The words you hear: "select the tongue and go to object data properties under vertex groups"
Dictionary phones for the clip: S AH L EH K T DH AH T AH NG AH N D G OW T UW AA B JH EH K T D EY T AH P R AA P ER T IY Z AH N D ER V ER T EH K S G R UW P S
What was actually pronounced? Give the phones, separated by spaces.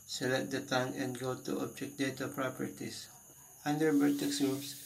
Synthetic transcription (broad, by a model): S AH L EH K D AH T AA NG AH N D G OW T UW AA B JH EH K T D EY T AH P R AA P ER T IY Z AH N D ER B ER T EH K S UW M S